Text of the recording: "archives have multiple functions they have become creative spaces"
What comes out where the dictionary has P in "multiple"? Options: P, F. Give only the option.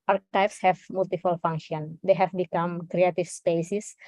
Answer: F